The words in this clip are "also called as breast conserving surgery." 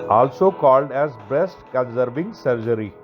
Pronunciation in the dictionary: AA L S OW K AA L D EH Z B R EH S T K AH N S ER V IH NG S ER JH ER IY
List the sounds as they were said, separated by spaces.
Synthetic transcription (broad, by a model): AA L S OW K AA L D EH Z B R EH S T K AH N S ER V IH NG S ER JH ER IY